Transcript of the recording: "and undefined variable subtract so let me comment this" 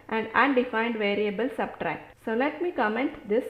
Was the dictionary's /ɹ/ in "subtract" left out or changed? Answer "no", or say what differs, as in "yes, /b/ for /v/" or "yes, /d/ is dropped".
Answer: no